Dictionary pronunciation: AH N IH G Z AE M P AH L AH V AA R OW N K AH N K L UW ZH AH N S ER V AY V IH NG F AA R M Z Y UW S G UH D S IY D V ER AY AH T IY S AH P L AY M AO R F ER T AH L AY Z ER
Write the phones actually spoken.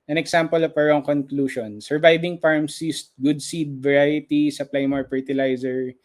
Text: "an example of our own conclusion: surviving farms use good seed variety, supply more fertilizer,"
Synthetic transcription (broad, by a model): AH N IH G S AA M P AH L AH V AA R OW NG K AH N K L UW SH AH N S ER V AY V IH NG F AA R M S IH S G UH D S IY D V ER AY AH T IY S AH P L AY M AO R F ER T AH L AY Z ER